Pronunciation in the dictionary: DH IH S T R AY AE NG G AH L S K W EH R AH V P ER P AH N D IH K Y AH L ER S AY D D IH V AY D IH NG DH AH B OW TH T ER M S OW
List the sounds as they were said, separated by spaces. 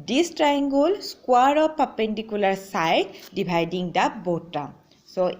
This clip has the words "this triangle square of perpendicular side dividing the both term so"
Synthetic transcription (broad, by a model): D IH S T R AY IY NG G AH L S K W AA R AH P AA P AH N D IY K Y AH L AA S AY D D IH B AY D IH NG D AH B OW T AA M S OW